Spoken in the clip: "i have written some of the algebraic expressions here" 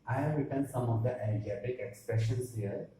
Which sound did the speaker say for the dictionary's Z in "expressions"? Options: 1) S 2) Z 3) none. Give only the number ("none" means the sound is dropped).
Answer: 1